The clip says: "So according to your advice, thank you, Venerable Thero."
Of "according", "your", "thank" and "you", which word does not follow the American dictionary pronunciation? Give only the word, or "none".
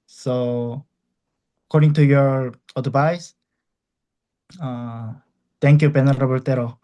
thank